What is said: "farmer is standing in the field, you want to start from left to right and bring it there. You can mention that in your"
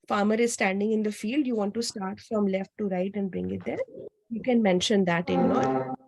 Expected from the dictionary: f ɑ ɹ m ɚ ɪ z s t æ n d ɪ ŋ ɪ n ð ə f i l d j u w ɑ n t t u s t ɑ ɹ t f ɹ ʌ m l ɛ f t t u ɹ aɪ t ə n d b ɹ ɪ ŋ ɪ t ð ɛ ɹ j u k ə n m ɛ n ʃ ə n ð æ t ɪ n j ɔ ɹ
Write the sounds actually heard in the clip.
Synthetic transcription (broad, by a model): f ɑ ɹ m ɚ ɪ z s t æ n d ɪ ŋ ɪ n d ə f i l d j u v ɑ n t t u s t ɑ ɹ t f ɹ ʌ m l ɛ f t t u ɹ aɪ t ə n d b ɹ ɪ ŋ ɪ t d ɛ ɹ j u k ə n m ɛ n ʃ ə n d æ t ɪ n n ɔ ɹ